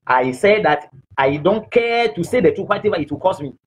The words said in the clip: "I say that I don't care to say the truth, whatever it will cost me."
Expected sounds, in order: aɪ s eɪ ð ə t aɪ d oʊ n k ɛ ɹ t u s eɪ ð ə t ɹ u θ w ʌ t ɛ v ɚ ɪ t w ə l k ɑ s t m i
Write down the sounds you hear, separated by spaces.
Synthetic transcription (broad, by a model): aɪ s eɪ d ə t aɪ d oʊ n k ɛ t u s eɪ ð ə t u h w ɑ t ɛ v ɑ ɪ t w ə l k ɑ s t m i